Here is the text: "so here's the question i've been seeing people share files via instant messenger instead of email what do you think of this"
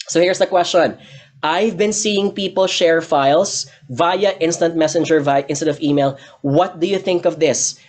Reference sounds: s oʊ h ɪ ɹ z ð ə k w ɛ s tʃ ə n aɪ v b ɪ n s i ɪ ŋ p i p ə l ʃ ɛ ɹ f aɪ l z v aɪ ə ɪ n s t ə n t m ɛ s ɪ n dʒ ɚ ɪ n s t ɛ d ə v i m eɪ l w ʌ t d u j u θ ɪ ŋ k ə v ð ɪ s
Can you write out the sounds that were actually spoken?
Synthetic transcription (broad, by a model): s oʊ h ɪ ɹ s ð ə k w ɛ s tʃ ə n aɪ v b ɪ n s i ɪ ŋ p i p ə l ʃ ɛ ɹ f aɪ l s v aɪ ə ɪ n s t ə n t m ɛ s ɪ n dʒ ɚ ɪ n s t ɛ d ə v i m eɪ l w ʌ t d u j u θ ɪ ŋ k ə v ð ɪ s